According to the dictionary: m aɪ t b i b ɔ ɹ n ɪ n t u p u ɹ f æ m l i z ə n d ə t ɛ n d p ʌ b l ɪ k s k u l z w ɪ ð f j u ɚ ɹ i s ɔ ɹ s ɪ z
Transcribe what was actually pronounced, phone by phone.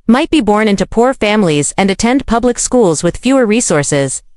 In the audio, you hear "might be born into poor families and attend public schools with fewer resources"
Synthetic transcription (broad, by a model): m aɪ t b i b ɔ ɹ n ɪ n t u p u ɹ f æ m l i z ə n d ə t ɛ n d p ʌ b l ɪ k s k u l z w ɪ ð f j u ɚ ɹ i s ɔ ɹ s ɪ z